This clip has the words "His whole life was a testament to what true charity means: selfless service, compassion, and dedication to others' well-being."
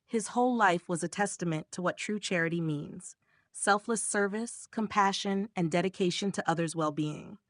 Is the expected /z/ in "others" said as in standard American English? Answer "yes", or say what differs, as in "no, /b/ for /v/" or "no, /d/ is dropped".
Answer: yes